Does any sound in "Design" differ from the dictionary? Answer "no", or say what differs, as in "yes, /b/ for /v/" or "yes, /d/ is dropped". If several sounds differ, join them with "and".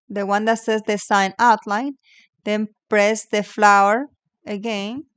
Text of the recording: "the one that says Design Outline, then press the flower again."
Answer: yes, /s/ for /z/